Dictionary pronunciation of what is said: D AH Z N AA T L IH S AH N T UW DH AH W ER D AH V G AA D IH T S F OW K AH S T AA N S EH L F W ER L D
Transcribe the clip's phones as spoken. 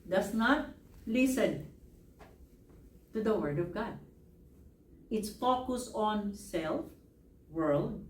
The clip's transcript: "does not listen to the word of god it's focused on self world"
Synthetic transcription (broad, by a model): D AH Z N AA T L IH S AH N T UW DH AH W ER D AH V G AA D IH T S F OW K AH S AA N S EH L F W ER L D